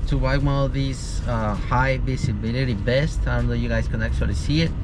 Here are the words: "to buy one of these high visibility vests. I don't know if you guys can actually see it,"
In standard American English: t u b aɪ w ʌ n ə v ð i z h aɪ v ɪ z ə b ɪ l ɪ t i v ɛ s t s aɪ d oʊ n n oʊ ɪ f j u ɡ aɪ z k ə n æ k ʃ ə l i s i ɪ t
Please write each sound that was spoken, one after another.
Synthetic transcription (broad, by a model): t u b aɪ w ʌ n ə v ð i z h aɪ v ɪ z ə b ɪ l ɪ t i b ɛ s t aɪ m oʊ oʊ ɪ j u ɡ aɪ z k ə n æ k s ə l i s i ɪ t